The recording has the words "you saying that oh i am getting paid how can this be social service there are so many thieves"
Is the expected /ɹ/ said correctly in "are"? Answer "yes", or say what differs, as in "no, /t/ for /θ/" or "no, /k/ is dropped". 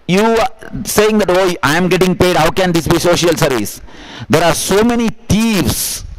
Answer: yes